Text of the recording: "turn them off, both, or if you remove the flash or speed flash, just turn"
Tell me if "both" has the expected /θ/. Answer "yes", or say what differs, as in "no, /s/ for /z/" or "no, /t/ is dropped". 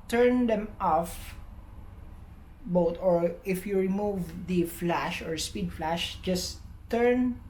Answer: no, /t/ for /θ/